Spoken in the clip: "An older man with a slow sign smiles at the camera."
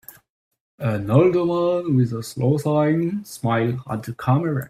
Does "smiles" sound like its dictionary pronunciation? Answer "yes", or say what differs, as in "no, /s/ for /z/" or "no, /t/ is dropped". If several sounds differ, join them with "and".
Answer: no, /z/ is dropped